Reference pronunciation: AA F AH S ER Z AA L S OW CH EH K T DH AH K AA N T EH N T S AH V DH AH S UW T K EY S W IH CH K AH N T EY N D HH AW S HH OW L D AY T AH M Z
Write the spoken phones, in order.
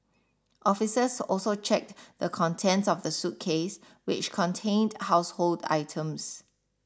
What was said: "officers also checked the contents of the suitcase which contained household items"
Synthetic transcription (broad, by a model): AA F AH S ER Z AA L S OW CH EH K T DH AH K AA N T EH N T S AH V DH AH S UW T K EY S W IH CH K AH N T EY N D HH AW S HH OW L D AY T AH M S